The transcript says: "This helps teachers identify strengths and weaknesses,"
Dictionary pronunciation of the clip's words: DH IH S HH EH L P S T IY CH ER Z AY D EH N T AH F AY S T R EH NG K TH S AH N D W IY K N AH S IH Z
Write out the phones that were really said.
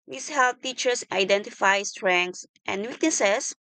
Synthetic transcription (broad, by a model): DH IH S HH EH L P T IY CH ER S AY D EH N T AH F AY S T R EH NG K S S AH N D W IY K N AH S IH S